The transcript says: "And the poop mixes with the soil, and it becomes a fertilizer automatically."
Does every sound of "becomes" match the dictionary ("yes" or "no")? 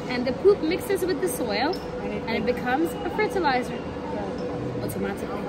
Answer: yes